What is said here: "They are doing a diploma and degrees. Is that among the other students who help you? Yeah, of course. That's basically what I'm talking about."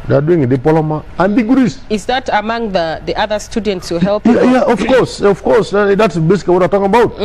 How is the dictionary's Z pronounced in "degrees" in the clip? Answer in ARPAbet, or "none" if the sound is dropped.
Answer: S